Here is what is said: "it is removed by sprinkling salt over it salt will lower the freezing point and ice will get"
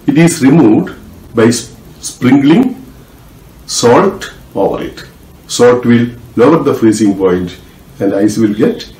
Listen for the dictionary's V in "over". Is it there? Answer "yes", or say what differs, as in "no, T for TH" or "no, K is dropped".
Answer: yes